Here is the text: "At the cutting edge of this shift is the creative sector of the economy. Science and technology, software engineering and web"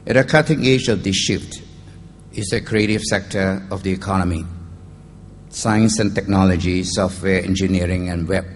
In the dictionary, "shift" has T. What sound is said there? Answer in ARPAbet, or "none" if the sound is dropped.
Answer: T